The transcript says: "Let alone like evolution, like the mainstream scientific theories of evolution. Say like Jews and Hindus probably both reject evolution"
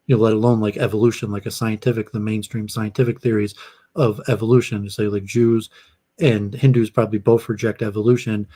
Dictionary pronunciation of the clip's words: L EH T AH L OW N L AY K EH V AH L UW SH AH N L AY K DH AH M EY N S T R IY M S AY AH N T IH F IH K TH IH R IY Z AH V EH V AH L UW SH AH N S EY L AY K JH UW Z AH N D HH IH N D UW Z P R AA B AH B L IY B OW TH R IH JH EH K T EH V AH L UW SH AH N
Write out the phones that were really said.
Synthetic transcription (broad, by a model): L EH T AH L OW N L AY K EH V AH L UW SH AH N L AY K DH AH M EY N S T R IY M S AY AH N T IH F IH K TH IH R IY Z AH V EH V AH L UW SH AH N S EY L AY K JH UW Z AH N HH IH N D UW Z P R AA B AH B L IY B OW TH R IH JH EH K T EH V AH L UW SH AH N